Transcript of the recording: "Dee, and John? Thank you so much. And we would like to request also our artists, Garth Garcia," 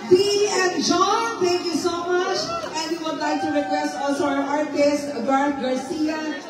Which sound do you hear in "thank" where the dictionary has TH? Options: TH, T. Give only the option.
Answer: T